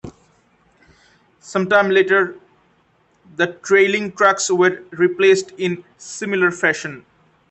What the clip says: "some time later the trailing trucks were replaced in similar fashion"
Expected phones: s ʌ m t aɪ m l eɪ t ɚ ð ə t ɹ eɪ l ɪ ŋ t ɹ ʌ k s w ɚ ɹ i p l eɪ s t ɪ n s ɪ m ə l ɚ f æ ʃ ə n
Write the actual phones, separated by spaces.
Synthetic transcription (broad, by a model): s ʌ m t aɪ m l eɪ t ɚ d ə t ɹ eɪ l ɪ ŋ t ɹ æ k s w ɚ ɹ i p l eɪ s t ɪ n s ɪ m ə l ɚ f æ ʃ ə n